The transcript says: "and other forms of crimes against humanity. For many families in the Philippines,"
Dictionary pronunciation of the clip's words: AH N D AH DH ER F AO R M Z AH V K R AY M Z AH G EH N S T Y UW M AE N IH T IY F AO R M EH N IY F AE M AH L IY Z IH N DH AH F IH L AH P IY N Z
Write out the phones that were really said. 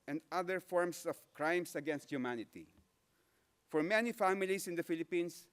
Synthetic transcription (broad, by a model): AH N D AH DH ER F AO R M S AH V K R AY M S AH G EH N S T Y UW M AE N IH T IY F AO R M EH N IY F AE M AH L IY S IH N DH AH F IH L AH P IY N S